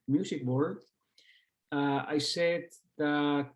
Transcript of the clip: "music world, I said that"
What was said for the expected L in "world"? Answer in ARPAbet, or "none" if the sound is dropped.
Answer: none